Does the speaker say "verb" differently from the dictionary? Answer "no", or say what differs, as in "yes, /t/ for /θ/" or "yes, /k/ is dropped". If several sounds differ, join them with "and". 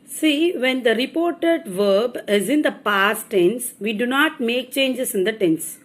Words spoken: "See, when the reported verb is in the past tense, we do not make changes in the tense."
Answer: no